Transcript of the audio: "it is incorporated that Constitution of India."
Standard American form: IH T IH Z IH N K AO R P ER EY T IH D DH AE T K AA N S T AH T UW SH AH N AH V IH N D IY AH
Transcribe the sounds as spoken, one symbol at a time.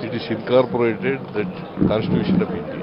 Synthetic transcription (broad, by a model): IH T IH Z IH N K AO R P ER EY T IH D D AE T K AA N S T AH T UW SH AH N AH P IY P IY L